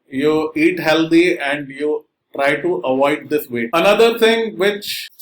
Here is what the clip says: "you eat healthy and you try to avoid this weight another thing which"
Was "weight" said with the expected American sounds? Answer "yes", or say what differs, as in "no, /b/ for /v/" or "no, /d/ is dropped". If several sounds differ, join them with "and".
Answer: no, /t/ is dropped